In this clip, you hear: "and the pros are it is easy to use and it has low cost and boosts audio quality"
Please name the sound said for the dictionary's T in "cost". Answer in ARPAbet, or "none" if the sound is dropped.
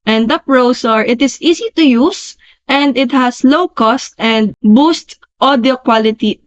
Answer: T